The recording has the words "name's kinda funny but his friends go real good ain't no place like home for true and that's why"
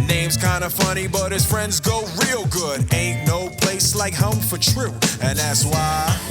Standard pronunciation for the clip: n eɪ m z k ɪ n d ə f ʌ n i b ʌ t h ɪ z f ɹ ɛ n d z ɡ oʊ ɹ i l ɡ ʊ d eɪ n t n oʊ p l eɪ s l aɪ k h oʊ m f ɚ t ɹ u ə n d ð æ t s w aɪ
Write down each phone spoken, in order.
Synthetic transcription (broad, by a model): n eɪ m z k ɪ n d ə f ʌ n i b ʌ t h ɪ z f ɹ ɛ n d z ɡ oʊ ɹ i l ɡ ʊ d eɪ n n oʊ p l eɪ s l aɪ k h oʊ m f ɚ t ɹ u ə n ð æ t s w aɪ